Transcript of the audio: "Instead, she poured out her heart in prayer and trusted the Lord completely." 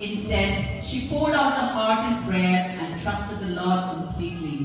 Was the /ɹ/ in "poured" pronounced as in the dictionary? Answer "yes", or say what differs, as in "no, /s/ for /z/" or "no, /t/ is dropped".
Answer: no, /l/ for /ɹ/